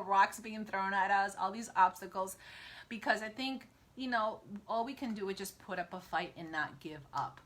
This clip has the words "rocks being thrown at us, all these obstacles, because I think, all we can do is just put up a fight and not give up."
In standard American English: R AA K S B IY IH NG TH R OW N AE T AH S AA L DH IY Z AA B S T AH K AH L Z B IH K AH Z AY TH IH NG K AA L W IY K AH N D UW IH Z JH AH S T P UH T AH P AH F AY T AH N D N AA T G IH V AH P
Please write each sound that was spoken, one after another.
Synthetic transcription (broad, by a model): R AA K S B IY IH NG TH R OW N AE T AH S AA L DH IY Z AA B S T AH K L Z B IH K AH Z AY TH IH NG K AA L W IY K AH N D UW IH Z JH AH S P UH T AH P AH F AY T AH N N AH T G IH V AH P